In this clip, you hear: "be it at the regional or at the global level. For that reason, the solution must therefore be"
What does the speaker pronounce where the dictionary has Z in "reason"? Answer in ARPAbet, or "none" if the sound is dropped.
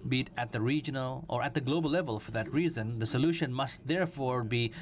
Z